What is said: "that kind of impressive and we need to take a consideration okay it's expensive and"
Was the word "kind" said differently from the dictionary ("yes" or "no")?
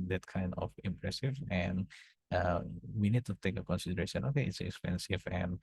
no